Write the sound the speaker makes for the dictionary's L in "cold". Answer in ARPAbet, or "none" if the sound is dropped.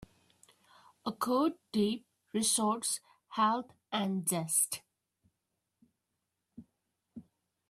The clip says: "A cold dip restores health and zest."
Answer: none